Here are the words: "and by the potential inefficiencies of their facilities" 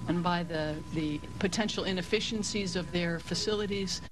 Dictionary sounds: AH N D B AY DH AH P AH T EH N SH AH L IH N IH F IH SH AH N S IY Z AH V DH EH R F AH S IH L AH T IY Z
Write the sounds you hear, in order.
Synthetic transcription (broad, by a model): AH N B AY DH AH P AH T EH N SH L IH N IH F IH SH AH N S IY Z AH V DH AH R F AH S IH L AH T IY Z